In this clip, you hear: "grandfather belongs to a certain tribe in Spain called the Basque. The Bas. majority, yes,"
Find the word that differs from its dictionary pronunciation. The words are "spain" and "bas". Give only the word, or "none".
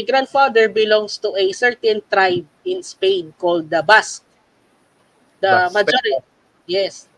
bas